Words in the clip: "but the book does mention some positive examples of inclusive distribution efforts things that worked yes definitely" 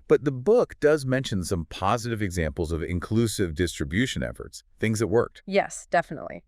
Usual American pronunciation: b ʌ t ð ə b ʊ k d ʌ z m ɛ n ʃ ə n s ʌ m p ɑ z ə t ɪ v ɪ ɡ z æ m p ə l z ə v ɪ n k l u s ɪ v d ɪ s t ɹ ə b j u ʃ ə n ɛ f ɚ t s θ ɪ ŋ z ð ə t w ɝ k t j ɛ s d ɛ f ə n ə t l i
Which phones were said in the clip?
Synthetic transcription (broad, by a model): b ʌ t ð ə b ʊ k d ʌ z m ɛ n ʃ ə n s ʌ m p ɑ z ə t ɪ v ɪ ɡ z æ m p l z ə v ɪ n k l u s ɪ v d ɪ s t ɹ ə b j u ʃ ə n ɛ f ɚ t s θ ɪ ŋ z ð ə t w ɝ k t j ɛ s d ɛ f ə n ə t l i